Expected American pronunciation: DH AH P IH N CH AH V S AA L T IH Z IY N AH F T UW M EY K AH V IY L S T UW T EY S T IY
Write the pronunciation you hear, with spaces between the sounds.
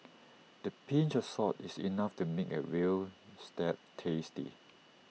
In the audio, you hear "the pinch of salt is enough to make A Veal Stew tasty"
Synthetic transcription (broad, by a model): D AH P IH N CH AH S AA T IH S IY N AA F T UW M EY K AH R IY L S T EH T EY S T IY